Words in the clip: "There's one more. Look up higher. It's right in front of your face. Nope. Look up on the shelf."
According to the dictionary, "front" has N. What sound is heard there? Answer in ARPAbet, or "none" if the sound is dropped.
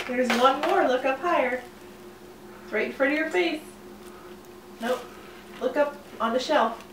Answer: none